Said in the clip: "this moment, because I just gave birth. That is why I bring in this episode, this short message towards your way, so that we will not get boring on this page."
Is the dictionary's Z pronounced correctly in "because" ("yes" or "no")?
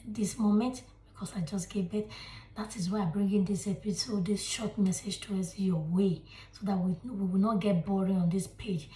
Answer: no